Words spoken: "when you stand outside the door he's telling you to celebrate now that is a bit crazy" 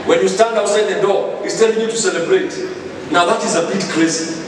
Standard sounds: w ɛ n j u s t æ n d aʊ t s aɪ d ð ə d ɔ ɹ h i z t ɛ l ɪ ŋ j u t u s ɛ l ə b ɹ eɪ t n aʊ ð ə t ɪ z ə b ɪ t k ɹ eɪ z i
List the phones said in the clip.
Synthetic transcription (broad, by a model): w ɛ n j u s t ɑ n d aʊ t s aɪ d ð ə d ɔ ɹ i s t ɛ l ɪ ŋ j u t u s ɛ l ə b ɹ eɪ t n aʊ ð ə t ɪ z ə b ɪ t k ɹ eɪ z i